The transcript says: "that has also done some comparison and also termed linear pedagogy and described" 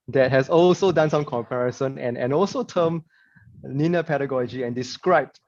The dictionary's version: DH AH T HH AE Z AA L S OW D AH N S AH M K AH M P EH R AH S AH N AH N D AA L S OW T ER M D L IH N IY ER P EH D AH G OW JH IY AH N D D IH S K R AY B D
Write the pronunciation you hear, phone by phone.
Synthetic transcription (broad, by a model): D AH T HH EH S AA L S OW D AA N S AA M K AH M P EH R AH S AH N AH N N AA L S OW T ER M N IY N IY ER P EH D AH G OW JH IY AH N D D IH S K R AY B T